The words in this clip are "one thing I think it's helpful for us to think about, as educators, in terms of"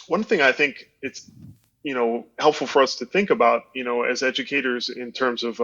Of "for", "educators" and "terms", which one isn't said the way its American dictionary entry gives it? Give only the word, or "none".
none